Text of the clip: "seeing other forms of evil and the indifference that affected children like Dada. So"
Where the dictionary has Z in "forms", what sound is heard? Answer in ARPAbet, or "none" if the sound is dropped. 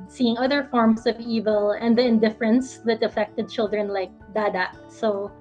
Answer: S